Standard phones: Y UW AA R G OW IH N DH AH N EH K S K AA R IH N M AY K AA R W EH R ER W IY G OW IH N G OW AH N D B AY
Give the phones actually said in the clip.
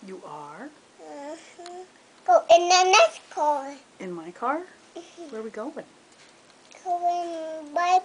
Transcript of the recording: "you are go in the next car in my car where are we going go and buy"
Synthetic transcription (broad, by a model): Y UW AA R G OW IH N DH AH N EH S K AA R IH N M AY K AA R W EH R W IY G OW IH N G OW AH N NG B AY